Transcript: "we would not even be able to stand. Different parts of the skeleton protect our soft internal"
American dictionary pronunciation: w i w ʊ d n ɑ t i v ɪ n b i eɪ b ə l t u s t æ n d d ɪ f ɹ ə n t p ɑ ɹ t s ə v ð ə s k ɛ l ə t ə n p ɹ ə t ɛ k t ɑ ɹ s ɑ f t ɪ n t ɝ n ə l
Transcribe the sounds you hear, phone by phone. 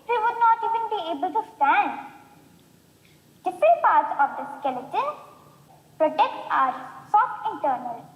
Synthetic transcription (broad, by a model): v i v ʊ d n ɑ t i v ɪ n b i eɪ b ə l t u s t æ n d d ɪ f ɹ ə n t p ɑ ɹ t s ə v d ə s k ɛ l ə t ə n p ɹ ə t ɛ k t ɑ ɹ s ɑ t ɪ n t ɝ n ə l